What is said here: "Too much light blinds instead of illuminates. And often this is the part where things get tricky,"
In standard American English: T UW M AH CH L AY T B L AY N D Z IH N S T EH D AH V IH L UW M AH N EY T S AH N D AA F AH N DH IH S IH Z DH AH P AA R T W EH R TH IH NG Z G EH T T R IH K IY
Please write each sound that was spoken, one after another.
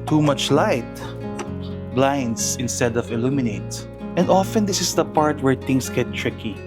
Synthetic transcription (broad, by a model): T UW M AH CH L AY T B L AY N D S IH N S T EH D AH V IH L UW M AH N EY T AH N D AA F AH N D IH S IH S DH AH P AA R T W EH R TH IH NG S G EH T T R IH K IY